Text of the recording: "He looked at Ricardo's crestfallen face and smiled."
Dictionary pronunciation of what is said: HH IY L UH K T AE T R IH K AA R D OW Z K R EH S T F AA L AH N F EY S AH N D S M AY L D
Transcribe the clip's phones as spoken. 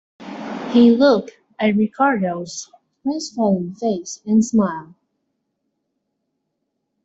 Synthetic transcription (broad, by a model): HH IY L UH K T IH T R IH K AA R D OW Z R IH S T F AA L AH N F EY S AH N S M AY L